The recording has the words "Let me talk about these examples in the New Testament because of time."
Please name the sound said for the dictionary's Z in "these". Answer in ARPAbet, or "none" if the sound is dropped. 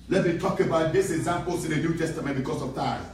S